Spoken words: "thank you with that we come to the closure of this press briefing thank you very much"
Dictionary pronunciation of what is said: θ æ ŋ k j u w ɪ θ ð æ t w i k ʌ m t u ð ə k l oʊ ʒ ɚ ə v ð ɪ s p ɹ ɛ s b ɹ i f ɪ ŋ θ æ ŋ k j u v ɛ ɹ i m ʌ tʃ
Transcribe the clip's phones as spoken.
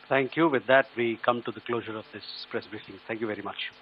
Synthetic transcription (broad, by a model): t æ ŋ k j u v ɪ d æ t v i k ʌ m t u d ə k l oʊ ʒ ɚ ə v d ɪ s p ɹ ɛ s b ɹ i f ɪ ŋ t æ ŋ k j u v ɛ ɹ i m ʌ tʃ